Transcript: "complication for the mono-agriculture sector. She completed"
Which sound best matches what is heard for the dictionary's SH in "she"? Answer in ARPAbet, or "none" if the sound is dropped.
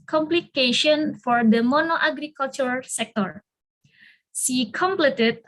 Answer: S